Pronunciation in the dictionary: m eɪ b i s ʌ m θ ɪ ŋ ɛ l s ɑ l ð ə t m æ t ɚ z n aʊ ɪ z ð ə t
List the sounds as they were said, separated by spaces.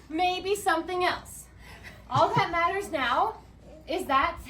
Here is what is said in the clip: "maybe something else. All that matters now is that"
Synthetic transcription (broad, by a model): m eɪ b i s ʌ m θ ɪ ŋ ɛ l s ɑ l ð ə t m æ t ɚ z n aʊ ɪ z ð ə t